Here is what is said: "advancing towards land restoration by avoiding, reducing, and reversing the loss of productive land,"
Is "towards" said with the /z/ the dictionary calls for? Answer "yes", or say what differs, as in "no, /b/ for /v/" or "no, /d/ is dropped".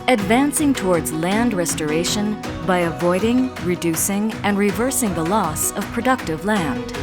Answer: yes